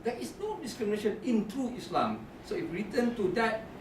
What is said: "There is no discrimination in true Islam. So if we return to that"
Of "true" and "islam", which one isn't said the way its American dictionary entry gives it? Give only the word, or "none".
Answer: true